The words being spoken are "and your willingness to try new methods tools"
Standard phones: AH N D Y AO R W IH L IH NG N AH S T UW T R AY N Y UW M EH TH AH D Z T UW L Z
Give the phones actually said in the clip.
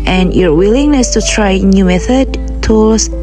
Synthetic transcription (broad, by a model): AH N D Y AO R W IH L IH NG N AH S T UW T R AY N Y UW M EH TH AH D T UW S